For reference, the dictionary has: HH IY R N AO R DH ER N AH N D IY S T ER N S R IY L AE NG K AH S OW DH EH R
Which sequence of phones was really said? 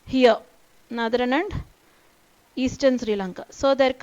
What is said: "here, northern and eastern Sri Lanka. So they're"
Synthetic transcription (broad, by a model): HH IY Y N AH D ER N AH N D IY S T ER N S R IY L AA NG K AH S OW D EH R